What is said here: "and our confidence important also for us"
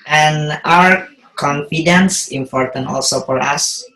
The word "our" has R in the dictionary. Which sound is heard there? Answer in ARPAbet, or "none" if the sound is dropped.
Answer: R